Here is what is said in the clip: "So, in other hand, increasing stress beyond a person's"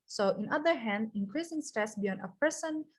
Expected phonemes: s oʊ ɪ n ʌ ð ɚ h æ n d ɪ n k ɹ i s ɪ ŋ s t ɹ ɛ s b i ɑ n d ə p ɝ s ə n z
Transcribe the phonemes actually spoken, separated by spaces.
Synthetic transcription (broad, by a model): s oʊ ɪ n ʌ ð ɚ h æ n d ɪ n k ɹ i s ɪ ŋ s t ɛ s b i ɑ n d ə p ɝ s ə n